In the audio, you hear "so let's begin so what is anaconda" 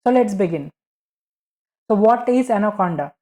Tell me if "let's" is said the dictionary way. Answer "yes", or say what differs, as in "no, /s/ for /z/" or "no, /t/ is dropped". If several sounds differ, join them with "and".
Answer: yes